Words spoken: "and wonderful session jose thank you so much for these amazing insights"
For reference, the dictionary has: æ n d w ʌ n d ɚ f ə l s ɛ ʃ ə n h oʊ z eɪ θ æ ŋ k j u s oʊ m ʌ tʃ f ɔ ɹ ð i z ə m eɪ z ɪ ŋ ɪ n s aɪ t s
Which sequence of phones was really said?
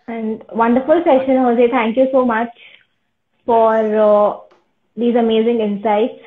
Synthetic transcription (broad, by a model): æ n d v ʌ n d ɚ f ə l s ɛ ʃ ə n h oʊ s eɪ t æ ŋ k j u s oʊ m ʌ tʃ f ɔ ɹ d i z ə m eɪ z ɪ ŋ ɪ n s aɪ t s